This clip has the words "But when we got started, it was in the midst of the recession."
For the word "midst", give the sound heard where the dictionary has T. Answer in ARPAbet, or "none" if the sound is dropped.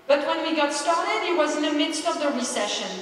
T